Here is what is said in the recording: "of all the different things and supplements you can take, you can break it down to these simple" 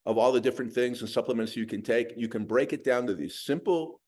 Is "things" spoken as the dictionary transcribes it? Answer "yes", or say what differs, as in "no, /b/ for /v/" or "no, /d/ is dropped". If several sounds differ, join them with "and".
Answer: yes